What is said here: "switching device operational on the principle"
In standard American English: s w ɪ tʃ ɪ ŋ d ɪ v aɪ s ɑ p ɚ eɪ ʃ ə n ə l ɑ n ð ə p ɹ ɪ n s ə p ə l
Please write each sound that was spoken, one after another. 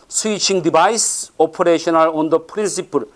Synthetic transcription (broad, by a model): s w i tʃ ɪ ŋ d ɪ b aɪ s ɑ p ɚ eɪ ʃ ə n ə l ɑ n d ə p ɹ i n s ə p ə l